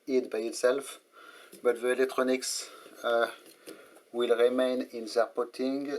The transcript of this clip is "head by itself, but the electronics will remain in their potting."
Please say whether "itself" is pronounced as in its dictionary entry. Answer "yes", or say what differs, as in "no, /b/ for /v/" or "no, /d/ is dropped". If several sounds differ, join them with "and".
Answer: yes